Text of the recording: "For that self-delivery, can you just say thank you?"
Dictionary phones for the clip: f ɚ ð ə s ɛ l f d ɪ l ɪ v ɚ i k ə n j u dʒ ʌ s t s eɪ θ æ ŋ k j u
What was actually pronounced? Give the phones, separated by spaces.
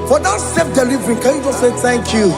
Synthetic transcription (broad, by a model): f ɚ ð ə s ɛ f d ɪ l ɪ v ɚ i k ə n j u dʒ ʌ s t s eɪ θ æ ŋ k j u